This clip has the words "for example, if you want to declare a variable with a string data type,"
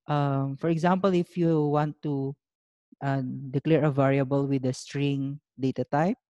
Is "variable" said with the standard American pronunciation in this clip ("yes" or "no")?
yes